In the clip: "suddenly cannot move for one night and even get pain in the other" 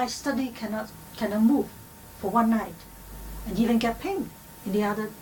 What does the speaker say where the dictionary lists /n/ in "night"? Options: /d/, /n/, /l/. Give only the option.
/n/